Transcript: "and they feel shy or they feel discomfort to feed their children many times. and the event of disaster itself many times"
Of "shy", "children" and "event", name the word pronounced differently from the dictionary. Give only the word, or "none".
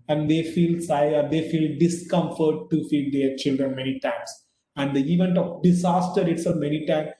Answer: shy